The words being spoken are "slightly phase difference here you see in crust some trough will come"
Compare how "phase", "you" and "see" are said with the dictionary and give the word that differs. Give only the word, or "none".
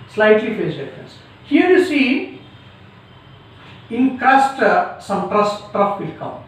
phase